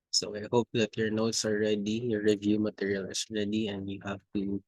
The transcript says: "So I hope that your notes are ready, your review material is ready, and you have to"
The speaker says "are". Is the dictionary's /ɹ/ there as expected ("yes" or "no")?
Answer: no